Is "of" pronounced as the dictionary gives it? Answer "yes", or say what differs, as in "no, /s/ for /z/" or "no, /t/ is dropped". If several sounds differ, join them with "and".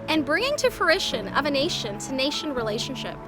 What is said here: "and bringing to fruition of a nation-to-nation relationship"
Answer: yes